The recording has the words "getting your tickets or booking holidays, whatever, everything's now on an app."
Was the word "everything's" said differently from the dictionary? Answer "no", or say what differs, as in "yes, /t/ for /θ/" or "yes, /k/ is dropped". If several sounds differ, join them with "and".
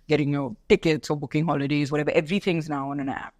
no